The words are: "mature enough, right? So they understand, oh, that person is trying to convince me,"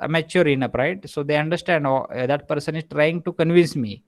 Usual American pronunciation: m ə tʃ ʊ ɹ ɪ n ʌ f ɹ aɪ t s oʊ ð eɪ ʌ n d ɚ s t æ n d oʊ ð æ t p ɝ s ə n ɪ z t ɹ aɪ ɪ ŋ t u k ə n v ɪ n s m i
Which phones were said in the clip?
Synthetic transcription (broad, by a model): m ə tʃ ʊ ɹ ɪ n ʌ p ɹ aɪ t s oʊ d eɪ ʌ n d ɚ s t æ n d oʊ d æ t p ɝ s ə n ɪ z t ɹ aɪ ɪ ŋ t u k ə n v ɪ n s m i